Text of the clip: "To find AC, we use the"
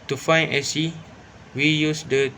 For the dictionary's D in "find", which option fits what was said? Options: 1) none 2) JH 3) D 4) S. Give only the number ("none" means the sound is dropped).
1